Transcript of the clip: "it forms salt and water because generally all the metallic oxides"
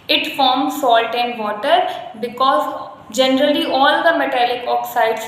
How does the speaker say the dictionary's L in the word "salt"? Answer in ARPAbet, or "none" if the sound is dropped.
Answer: L